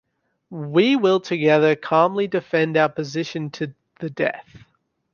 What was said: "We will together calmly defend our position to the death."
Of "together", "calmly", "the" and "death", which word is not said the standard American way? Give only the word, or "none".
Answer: none